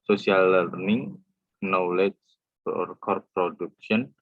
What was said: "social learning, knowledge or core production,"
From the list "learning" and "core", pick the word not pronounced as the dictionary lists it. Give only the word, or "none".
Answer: none